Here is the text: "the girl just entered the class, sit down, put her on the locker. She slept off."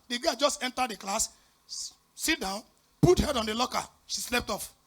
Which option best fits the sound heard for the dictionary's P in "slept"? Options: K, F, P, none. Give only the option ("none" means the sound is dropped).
P